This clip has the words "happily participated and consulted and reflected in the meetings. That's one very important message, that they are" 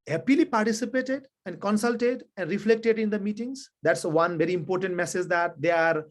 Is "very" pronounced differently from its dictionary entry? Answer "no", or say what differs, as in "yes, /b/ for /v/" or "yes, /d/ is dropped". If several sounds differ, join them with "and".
no